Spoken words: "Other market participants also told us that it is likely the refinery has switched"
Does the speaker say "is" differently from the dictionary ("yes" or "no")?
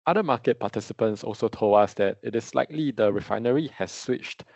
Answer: yes